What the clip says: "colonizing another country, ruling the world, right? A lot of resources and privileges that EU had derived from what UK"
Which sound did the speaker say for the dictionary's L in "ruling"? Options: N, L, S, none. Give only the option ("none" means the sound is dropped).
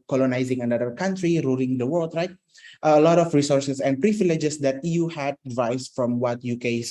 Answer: L